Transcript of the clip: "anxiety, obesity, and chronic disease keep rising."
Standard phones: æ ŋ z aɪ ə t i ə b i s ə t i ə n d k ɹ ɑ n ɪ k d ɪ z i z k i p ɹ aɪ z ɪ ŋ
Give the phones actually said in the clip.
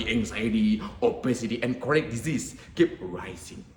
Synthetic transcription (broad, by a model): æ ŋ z aɪ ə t i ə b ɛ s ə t i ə n k ɑ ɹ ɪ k d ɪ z i s k i p ɹ aɪ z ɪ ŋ